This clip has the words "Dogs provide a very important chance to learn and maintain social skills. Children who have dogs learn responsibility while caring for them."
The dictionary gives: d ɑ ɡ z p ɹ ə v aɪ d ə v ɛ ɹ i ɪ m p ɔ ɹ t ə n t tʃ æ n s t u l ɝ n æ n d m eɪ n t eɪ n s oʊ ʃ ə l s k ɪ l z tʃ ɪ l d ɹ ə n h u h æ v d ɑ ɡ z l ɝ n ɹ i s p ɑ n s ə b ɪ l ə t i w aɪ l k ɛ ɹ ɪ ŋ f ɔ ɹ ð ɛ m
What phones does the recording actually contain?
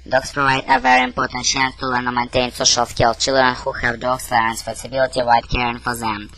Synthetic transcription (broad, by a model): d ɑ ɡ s p ɹ ə v aɪ d ə v ɛ ɹ i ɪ m p ɔ ɹ t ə n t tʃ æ n s t u l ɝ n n m eɪ n t eɪ n s oʊ ʃ ə l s k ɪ l tʃ ɪ l d ɹ ə n h u h æ v d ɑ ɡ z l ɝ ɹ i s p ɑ s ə b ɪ l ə t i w aɪ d k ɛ ɹ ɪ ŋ f ɔ ɹ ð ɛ m